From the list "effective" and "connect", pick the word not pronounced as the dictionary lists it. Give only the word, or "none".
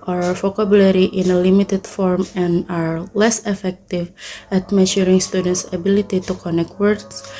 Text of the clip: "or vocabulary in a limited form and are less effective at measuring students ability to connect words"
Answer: none